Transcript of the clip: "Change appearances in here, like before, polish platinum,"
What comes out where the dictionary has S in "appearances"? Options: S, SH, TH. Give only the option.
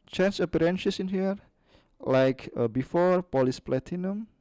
SH